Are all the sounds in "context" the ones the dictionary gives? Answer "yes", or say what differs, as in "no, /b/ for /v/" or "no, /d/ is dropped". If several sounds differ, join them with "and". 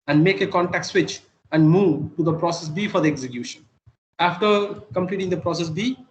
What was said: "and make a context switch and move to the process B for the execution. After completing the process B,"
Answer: no, /s/ is dropped